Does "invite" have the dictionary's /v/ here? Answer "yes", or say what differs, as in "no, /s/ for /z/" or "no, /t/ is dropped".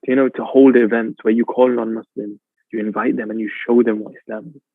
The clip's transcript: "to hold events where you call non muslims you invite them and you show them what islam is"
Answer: yes